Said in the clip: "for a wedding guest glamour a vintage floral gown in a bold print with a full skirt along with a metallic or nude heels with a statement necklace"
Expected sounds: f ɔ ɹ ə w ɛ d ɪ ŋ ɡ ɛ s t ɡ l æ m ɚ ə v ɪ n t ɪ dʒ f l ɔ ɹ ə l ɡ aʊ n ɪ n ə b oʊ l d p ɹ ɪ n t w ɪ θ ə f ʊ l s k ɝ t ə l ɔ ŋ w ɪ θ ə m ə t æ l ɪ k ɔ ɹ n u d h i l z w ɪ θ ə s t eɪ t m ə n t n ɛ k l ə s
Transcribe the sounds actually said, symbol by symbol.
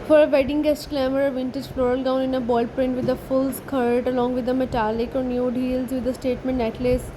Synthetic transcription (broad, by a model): f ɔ ɹ ə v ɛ d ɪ ŋ ɡ ɛ s t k l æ m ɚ ə v ɪ n t ɪ dʒ f l ɔ ɹ ə l ɡ aʊ n ɪ n ə b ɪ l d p ɹ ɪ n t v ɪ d ə f ʊ l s k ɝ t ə l ɔ ŋ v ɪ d ə m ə t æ l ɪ k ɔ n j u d h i l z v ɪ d ə s t eɪ t m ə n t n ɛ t l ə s